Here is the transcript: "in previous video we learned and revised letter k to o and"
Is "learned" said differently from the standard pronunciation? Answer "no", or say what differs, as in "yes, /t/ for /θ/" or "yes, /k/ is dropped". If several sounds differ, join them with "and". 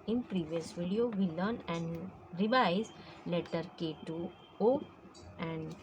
yes, /d/ is dropped